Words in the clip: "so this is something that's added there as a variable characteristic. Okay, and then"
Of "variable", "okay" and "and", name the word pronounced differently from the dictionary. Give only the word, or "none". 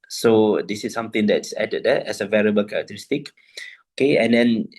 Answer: none